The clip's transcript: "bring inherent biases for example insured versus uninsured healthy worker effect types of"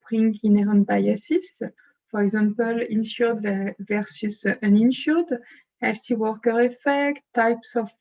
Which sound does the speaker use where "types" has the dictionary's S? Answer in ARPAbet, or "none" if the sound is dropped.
S